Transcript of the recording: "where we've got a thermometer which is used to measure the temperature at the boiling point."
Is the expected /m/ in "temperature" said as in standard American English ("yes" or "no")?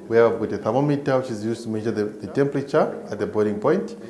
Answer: yes